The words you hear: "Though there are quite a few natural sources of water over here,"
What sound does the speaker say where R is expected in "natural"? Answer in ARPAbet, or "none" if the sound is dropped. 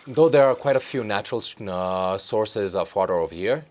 R